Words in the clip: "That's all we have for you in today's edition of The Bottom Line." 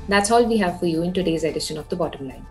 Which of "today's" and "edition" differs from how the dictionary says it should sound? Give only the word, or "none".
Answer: none